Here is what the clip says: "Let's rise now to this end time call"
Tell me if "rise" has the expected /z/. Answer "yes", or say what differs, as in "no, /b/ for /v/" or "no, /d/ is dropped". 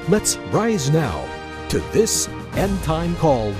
yes